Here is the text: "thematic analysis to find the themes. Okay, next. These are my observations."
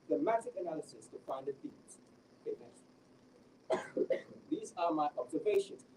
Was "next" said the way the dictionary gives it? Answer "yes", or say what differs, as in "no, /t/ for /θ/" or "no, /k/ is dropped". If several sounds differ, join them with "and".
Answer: no, /k/ is dropped